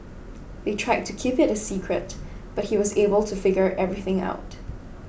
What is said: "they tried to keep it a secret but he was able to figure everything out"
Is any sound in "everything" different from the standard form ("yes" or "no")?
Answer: no